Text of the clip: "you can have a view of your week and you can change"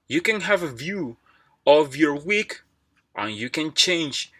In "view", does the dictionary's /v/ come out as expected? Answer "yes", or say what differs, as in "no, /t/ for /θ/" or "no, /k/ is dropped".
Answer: yes